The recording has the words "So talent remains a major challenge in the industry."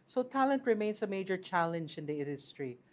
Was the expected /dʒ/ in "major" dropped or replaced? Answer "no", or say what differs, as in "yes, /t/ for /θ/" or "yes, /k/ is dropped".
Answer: no